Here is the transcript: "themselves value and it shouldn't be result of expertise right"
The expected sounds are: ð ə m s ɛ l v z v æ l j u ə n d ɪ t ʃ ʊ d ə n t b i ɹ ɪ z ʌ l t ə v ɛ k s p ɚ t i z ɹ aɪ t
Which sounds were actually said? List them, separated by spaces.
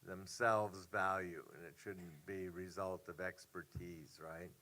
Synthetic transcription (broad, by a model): ð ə m s ɛ l v z v æ l j u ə n ɪ t ʃ ʊ d n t b i ɹ ɪ z ʌ l t ə v ɛ k s p ɚ t i z ɹ aɪ t